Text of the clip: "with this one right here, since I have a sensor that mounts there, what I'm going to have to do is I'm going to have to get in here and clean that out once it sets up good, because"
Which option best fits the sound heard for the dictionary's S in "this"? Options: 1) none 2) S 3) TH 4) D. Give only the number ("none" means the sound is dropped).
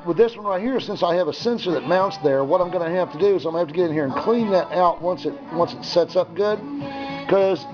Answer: 2